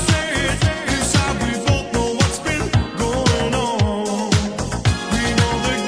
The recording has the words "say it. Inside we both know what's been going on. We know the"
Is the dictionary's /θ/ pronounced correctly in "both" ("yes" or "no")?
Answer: no